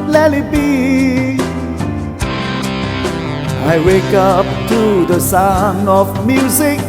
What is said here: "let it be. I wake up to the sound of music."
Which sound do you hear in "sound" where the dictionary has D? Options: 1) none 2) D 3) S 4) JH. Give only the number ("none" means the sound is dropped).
1